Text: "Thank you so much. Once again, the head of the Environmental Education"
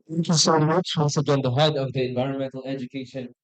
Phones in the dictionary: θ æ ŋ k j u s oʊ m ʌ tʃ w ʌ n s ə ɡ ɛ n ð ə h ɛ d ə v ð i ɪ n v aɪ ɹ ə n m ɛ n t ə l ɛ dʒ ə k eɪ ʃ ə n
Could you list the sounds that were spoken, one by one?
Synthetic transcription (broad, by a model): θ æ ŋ k j u s oʊ m ʌ tʃ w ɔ l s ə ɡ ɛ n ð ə h ɛ d ə v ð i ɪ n v aɪ ɹ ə n m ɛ n t l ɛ dʒ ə k eɪ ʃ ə n